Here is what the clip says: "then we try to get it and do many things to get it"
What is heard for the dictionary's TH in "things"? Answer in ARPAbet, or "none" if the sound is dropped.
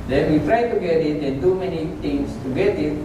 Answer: T